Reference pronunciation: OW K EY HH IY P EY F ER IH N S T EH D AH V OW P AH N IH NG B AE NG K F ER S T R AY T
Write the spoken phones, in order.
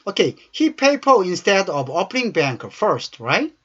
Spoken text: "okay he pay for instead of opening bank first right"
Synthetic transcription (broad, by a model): OW K EY HH IY P EY P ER IH N S T EH D AH V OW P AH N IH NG B AE NG K F ER S T R AY T